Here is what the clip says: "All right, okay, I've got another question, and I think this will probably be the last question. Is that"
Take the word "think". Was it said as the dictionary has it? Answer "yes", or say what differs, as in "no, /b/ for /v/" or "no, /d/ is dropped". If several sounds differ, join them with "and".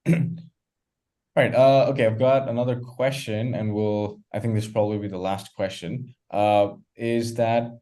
yes